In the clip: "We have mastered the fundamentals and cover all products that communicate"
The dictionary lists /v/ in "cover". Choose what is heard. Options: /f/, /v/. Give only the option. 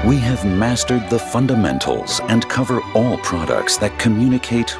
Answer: /v/